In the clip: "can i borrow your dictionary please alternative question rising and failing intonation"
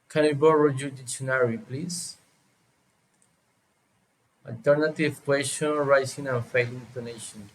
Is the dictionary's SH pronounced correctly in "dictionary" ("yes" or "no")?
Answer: no